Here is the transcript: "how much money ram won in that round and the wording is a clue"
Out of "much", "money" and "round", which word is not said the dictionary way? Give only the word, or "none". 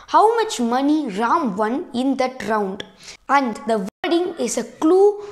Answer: none